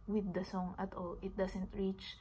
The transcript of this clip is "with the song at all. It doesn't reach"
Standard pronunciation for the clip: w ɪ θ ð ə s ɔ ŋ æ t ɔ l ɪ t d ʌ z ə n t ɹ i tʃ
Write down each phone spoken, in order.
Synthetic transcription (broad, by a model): w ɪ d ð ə s ɔ ŋ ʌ t ɔ l ɪ t d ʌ s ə n t ɹ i tʃ